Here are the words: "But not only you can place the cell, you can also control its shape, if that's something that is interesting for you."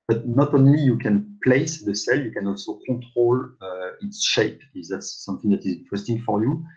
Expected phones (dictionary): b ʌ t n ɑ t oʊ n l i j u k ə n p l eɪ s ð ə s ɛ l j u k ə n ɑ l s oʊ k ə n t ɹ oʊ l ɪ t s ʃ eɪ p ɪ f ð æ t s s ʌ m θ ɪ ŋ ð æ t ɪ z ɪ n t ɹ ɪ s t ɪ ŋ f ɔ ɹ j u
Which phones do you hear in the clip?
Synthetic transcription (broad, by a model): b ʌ t n ɑ t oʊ n l i j u k ə n p l eɪ s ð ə s ɛ l j u k ə n ɑ l s oʊ k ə t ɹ oʊ l ɪ t s ʃ eɪ p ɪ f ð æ t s s ʌ m θ ɪ ŋ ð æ t ɪ z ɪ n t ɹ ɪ s t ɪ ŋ f ɔ ɹ j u